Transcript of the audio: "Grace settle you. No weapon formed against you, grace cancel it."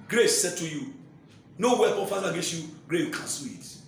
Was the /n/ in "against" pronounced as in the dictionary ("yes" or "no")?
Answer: no